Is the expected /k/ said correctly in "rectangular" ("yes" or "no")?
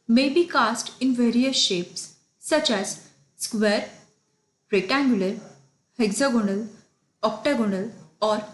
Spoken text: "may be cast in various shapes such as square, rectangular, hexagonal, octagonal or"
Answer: no